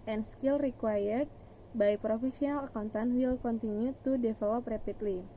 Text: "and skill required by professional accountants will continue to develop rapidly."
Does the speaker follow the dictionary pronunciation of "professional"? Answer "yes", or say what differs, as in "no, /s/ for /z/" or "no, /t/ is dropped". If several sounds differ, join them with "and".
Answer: no, /s/ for /ʃ/